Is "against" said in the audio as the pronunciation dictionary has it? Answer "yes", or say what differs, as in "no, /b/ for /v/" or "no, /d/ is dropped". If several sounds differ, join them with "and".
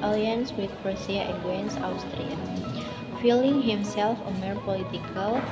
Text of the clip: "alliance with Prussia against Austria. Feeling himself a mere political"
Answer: no, /t/ is dropped